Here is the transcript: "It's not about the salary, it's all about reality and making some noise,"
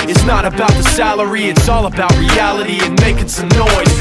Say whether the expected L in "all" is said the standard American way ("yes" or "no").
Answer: yes